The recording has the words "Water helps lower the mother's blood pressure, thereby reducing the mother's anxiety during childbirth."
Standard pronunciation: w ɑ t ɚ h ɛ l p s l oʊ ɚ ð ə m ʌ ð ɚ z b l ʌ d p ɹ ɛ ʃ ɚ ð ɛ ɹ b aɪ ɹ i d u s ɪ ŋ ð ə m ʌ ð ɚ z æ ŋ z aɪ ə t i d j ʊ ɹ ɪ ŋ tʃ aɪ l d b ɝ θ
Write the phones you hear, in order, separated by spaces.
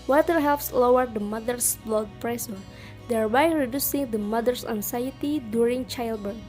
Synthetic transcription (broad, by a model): w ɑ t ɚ h ɛ l p s l oʊ ɚ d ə m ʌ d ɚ s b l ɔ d p ɹ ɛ s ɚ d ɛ ɹ b aɪ ɹ i d u s ɪ ŋ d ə m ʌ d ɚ s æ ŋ s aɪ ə t i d j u ɹ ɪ ŋ tʃ aɪ l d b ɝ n